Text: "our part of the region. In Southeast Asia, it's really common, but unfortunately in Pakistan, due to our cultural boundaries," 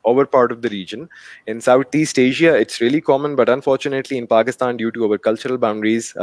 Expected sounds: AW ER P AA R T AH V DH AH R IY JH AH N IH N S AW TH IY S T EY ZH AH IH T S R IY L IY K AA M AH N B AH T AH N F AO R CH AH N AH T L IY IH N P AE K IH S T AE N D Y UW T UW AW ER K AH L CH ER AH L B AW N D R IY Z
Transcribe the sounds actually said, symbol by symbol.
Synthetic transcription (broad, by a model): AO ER P AA R T AH V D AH R IY JH AH N IH N S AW T IY S T EY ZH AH IH T S R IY L IY K AA M AH N B AH T AH N F AO R CH AH N AH T L IY IH N P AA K IH S T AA N D Y UW T UW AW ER K AH L CH ER AH L B AW N D R IY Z